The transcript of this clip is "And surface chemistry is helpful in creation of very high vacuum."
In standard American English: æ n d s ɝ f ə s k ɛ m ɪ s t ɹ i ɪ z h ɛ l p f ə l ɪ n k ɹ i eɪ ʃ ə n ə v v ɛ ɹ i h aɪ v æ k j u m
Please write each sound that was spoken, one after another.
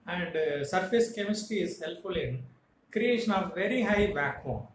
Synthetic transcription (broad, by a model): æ n d s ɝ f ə s k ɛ m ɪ s t i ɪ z h ɛ l p f ə l ɪ n k ɹ i eɪ ʃ ə n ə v v ɛ ɹ i h aɪ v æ k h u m